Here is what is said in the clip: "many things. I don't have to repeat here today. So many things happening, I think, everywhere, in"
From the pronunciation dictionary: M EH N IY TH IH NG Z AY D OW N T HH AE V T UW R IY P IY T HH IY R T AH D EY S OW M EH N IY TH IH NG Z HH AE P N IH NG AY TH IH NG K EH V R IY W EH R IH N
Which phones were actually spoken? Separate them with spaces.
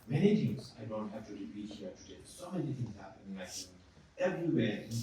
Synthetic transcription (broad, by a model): M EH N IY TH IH NG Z AY D OW N T HH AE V T UW R IY P IY T HH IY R T AH D EY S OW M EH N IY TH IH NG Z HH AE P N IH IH S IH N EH V R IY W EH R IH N